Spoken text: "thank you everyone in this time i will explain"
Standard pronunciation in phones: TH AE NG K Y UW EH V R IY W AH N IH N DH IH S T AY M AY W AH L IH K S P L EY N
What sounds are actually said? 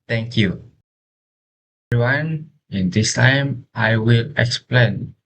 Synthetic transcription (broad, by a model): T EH NG K Y UW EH R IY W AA N IH N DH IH S T AY M AY W AH L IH K S P L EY N